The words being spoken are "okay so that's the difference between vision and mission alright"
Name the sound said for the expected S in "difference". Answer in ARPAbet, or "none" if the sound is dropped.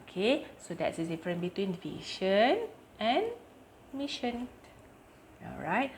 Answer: none